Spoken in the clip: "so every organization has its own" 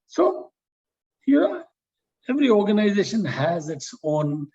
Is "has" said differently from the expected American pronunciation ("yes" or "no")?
no